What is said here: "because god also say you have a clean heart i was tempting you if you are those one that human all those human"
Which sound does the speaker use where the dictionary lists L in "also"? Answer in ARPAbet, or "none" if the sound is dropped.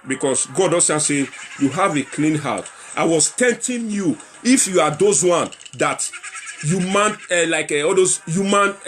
none